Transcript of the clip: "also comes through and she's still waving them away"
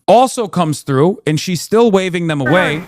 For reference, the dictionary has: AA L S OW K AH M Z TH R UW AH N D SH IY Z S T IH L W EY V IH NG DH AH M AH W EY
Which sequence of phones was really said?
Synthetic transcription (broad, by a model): AA L S OW K AH M Z TH R UW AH N SH IY Z S T IH L W EY V IH NG DH AH M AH W EY